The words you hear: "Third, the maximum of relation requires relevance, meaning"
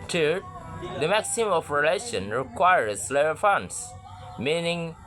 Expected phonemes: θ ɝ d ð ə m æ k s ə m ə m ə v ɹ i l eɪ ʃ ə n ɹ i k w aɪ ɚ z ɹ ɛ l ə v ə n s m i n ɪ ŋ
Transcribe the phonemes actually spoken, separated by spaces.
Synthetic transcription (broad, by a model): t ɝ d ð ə m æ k s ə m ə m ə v ɹ i l eɪ ʃ ə n ɹ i k w aɪ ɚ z l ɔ ə f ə n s m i n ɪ ŋ